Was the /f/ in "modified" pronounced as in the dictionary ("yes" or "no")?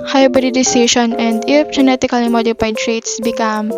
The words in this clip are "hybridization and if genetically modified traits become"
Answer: no